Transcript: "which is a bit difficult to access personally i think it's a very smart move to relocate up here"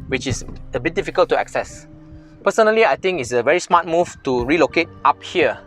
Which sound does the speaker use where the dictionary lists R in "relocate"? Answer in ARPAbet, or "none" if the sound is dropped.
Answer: R